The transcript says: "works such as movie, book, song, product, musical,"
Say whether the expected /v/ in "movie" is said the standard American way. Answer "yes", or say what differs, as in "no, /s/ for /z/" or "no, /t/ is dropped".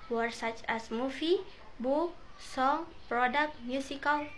no, /f/ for /v/